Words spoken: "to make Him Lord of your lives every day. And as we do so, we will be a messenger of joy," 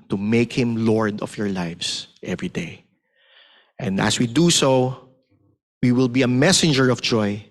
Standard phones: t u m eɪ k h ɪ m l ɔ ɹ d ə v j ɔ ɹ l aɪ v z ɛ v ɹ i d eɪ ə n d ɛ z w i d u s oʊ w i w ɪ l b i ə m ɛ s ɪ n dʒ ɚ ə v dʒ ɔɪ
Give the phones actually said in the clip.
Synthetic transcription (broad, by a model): t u m eɪ k h ɪ m l ɔ ɹ d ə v j ɔ ɹ l aɪ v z ɛ v ɹ i d eɪ ə n d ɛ s w i d u s oʊ w i w ɪ l b i ə m ɛ s ɪ n dʒ ɚ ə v dʒ ɔɪ